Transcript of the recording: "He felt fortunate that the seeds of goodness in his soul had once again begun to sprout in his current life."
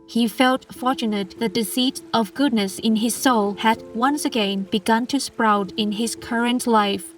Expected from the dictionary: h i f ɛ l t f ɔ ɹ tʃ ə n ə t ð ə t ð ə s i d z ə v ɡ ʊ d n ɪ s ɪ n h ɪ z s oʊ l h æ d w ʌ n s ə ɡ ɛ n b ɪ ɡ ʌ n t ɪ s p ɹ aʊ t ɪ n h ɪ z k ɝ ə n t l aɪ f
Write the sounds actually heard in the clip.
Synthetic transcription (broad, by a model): h i f ɛ l t f ɔ ɹ tʃ ə n ə t ð ə t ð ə s i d ə v ɡ ʊ d n ɪ s ɪ n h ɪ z s oʊ l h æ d w ʌ n s ə ɡ ɛ n b ɪ ɡ ʌ n t ɪ s p ɹ aʊ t ɪ n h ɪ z k ɝ ə n t l aɪ f